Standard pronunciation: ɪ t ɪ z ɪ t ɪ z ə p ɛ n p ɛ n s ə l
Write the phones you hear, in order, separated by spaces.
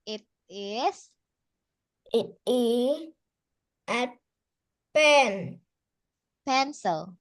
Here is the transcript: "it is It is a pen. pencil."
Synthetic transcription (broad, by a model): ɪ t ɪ s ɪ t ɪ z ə p ɛ n p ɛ n s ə l